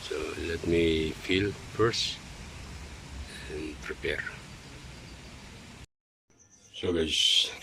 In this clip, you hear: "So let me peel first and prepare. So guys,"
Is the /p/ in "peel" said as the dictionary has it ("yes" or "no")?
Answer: no